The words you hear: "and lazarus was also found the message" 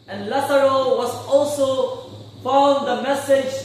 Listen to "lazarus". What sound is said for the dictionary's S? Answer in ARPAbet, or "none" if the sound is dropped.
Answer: none